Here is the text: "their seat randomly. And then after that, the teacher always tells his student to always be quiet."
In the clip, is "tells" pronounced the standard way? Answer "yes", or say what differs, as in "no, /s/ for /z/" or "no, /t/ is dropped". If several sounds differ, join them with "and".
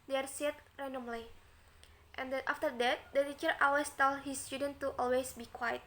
no, /z/ is dropped